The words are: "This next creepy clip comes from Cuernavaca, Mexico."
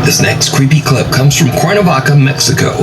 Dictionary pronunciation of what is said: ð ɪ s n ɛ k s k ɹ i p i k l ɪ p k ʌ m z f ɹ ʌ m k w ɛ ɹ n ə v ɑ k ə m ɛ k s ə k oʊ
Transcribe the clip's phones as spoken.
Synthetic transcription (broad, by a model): ð ɪ s n ɛ k s k ɹ i p i k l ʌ b k ʌ m z f ɹ ʌ m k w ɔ ɹ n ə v ɑ k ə m ɛ k s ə k oʊ